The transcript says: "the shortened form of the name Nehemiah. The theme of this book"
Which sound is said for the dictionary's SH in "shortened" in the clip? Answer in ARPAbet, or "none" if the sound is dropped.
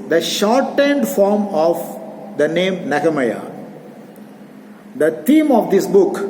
SH